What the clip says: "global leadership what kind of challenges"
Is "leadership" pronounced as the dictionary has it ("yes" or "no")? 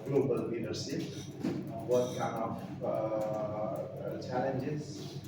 no